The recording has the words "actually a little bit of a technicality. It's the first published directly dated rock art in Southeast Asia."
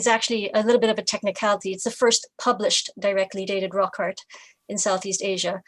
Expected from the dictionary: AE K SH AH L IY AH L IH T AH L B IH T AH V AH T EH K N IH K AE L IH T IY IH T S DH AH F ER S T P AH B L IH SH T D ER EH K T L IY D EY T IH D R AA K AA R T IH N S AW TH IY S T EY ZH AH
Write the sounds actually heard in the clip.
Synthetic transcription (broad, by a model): AE K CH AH L IY AH L IH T L B IH T AH V AH T EH K N IH K AE L IH T IY IH T S DH AH F ER S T P AH B L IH SH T D ER EH K T L IY D EY T IH D R AA K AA R T IH N S AW TH IY S T EY ZH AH